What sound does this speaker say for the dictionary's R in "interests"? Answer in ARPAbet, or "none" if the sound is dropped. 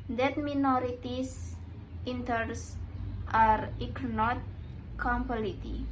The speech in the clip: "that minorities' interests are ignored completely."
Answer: none